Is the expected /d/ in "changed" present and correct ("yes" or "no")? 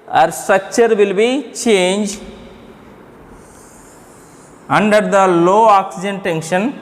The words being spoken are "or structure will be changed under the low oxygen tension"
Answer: no